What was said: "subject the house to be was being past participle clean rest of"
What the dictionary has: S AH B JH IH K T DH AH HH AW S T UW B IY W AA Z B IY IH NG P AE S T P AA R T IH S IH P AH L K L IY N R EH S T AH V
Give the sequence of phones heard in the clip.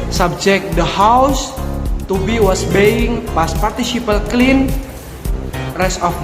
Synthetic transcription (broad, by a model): S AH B JH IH K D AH HH AW S T UW B IY W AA S B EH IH NG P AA S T P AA R T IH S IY P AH L K L IY N R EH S AH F